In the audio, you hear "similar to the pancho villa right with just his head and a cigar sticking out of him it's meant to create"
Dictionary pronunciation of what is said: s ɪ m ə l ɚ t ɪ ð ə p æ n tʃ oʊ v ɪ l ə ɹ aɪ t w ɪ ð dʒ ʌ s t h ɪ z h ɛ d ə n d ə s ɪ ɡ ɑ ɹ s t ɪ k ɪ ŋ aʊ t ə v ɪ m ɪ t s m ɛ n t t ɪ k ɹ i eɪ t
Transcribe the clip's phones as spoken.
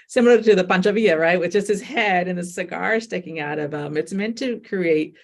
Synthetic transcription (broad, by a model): s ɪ m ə l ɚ t ɪ ð ə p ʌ n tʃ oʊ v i ə ɹ aɪ t w ɪ ð dʒ ʌ s t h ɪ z h ɛ d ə n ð ə s ɪ ɡ ɑ ɹ s t ɪ k ɪ ŋ aʊ t ə v ɪ m ɪ t s m ɛ n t t ɪ k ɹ i eɪ t